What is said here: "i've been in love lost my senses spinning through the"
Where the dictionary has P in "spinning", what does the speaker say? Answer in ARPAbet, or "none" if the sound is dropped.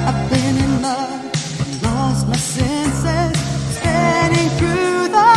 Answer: none